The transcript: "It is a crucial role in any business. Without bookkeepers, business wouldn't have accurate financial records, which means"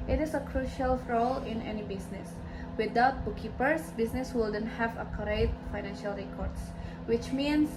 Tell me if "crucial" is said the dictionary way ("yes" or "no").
yes